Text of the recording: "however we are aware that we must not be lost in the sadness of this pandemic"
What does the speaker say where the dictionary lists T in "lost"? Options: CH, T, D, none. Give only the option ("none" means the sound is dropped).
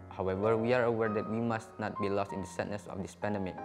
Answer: T